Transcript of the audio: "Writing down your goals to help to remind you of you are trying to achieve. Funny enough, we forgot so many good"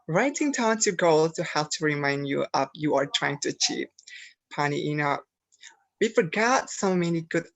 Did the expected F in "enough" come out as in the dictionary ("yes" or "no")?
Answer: no